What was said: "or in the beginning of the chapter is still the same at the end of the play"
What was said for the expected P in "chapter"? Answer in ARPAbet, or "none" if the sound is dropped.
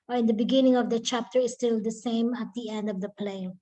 P